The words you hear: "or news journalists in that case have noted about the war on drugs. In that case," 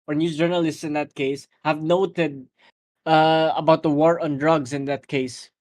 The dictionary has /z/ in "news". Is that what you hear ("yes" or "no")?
no